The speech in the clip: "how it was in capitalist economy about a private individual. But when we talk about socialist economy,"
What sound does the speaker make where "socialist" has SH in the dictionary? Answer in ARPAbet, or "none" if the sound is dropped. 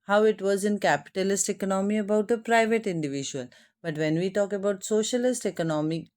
SH